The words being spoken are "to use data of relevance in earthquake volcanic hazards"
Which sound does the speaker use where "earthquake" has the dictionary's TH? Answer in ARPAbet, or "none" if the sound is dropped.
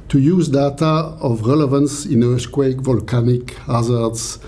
S